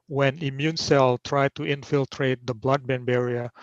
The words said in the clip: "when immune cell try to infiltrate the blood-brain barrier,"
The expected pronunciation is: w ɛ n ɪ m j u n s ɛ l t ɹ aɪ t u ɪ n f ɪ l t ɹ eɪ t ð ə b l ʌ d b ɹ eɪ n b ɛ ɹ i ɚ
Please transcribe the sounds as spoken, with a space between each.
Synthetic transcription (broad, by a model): w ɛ n ɪ m j u n s ɛ l t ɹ aɪ t u ɪ n f ɪ l t ɹ eɪ t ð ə b l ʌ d b eɪ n b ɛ ɹ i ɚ